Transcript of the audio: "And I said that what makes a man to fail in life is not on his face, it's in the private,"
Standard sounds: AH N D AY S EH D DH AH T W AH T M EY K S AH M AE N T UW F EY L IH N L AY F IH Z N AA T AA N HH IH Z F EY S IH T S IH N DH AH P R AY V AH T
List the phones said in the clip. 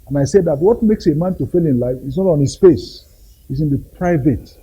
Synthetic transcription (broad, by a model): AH N AY S EH D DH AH T W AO T M EY K S AH M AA N T UW F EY L IH N L AY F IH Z N AA T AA N HH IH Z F EY S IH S IH N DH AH P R AY V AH T